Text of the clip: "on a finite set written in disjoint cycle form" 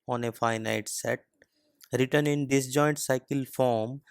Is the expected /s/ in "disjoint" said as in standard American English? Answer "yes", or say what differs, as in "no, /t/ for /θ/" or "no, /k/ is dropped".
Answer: yes